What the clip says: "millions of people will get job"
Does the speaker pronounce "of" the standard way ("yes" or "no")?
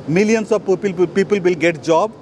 no